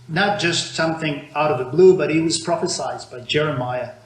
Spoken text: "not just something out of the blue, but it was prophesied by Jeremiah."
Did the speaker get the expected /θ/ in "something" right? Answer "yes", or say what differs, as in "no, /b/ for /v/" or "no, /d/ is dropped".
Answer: yes